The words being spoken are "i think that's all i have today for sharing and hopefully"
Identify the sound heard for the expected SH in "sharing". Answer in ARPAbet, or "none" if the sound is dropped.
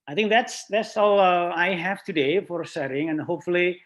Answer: S